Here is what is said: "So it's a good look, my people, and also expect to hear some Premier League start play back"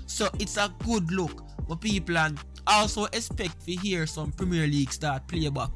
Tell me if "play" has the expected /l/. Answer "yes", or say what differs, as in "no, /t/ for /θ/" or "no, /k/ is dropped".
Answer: yes